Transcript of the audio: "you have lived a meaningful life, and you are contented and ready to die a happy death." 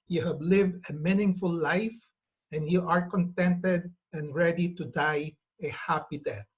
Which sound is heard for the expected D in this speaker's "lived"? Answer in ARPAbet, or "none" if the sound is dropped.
D